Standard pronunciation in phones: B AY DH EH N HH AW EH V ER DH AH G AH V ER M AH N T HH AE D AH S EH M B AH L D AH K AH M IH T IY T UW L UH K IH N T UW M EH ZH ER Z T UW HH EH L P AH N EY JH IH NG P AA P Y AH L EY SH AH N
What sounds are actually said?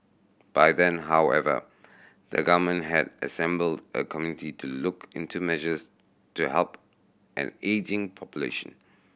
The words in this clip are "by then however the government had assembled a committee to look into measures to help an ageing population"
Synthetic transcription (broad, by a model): B AY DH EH N HH AW EH V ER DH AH G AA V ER M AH N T HH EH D AH S EH M B AH L D AH K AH M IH T IY T UW L UH K IH N T UW M EH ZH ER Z T UW HH EH L P AH N EY JH IH NG P AA P Y AH L EY SH AH N